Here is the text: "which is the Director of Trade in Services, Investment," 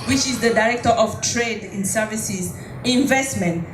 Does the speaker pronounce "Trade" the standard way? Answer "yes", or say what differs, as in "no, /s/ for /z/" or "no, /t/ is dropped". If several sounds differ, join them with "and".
yes